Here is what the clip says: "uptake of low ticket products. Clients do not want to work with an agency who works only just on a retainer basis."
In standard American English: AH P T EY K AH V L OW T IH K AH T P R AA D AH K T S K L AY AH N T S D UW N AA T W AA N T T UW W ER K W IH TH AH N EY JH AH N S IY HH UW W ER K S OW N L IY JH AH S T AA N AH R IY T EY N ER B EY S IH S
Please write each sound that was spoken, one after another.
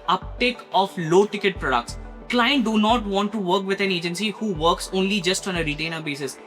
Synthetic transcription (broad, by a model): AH P T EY K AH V L OW T IH K AH T P R AA D AH K T S K L AY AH N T D UW N AA T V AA N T T UW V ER K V IH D AH N EY JH AH N S IY HH UW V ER K S OW N L IY JH AH S T AA N AH R IY T EY N ER B EY S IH S